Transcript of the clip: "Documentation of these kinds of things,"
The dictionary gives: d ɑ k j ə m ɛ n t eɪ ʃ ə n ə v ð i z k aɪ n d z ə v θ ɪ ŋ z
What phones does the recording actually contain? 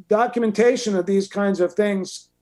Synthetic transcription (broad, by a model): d ɑ k j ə m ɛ n t eɪ ʃ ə n ə v ð i z k aɪ n d z ə v θ ɪ ŋ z